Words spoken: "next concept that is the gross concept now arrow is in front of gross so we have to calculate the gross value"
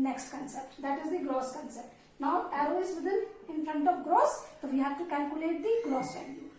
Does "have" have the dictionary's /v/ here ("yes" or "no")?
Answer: no